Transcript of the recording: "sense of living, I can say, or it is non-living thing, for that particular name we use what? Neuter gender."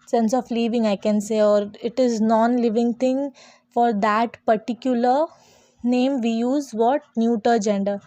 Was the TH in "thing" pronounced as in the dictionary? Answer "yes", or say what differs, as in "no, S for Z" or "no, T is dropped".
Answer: no, T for TH